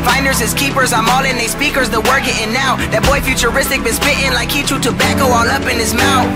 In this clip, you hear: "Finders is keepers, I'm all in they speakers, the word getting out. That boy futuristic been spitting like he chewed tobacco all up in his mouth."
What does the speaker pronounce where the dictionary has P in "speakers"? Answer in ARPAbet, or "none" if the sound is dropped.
P